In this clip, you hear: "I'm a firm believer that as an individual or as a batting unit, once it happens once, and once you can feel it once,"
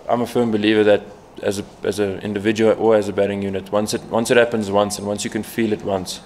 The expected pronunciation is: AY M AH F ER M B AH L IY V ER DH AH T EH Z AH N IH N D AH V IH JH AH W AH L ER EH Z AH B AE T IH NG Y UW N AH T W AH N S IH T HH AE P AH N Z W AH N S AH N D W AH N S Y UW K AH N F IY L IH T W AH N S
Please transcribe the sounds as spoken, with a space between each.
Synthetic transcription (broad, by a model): AY M AH F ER M B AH L IY V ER DH AH T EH Z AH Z IH N D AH V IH JH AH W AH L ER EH Z AH B AE T IH NG Y UW N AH T W AH N S IH T HH AE P AH N Z W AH N S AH N W AH N S Y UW K AH N F IY L IH T W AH N S